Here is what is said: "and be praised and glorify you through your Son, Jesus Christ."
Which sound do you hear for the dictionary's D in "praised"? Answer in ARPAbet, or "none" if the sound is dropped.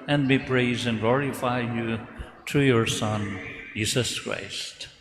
none